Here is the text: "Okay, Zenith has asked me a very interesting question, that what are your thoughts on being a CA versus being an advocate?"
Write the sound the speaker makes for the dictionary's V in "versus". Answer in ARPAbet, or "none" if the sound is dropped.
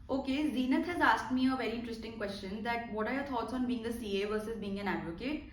V